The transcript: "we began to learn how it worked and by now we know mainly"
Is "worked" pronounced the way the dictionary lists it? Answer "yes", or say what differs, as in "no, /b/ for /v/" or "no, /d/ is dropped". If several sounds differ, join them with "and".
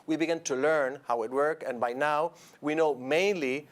no, /t/ is dropped